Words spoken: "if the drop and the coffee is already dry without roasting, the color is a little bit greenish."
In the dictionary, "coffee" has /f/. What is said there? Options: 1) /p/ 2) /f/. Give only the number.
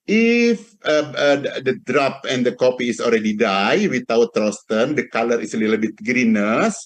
1